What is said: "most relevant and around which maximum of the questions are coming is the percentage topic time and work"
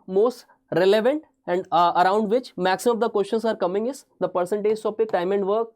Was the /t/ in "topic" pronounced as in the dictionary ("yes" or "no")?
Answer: no